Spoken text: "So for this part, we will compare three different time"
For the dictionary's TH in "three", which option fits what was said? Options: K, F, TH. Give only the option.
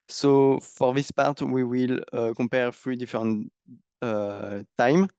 F